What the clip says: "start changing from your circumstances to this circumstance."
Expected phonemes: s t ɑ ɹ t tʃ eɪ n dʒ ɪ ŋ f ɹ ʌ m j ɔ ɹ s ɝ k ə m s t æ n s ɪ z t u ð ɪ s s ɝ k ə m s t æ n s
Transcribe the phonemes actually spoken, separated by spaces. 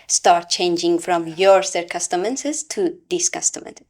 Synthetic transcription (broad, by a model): s t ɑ ɹ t tʃ eɪ n dʒ ɪ ŋ f ɹ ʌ m j ɔ ɹ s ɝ k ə s t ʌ n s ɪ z t u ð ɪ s s k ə s t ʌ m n